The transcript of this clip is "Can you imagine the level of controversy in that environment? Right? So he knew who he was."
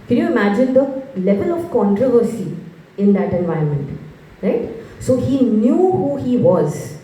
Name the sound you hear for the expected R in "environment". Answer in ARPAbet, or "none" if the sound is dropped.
none